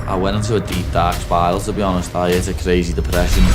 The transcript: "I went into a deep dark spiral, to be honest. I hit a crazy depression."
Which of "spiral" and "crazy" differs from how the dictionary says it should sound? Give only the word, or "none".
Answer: spiral